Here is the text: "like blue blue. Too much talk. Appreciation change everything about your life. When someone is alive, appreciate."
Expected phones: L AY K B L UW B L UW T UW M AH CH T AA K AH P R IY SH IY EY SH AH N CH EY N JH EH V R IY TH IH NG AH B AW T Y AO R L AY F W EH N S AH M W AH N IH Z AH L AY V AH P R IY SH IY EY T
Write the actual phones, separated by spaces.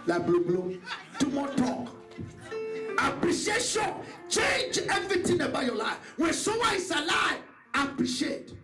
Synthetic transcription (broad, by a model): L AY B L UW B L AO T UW M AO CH T AA K AH P R IY SH IY EY SH AH N CH EY N JH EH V R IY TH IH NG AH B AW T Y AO L AY F W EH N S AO W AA IH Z AH L AY V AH P R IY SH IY EY T